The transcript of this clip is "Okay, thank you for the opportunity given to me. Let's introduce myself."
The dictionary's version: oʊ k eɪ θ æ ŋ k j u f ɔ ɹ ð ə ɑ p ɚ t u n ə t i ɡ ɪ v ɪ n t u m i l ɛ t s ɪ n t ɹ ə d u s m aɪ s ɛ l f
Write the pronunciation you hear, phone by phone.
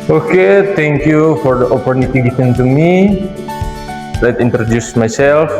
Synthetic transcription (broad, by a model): oʊ k eɪ t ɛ ŋ k j u f ɔ ɹ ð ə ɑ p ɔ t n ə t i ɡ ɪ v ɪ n t u m i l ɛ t i n t ɹ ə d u s m aɪ s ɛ l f